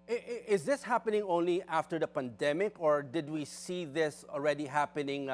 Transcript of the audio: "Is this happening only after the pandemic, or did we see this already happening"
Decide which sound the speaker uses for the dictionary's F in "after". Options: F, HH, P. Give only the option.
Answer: F